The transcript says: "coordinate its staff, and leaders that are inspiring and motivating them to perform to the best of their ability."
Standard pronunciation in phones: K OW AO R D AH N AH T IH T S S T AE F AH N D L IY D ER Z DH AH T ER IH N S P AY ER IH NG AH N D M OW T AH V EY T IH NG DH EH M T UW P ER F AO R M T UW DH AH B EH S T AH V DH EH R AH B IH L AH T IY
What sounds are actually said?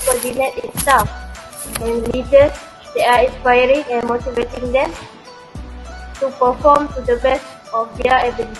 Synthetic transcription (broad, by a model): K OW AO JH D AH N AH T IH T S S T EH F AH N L IY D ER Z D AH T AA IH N S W AY ER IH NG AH N M OW T AH V EY T IH NG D EH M T UW P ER F AO M T UW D AH B EH S T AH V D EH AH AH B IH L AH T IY